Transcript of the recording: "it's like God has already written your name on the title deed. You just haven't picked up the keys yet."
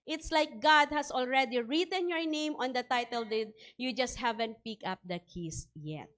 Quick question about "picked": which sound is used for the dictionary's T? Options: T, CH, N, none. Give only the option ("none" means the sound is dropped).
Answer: none